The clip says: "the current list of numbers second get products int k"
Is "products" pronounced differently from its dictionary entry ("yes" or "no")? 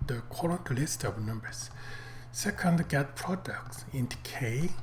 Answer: no